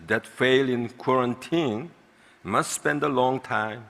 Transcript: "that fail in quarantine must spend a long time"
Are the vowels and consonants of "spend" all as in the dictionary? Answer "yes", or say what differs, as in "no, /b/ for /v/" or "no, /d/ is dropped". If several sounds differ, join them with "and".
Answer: yes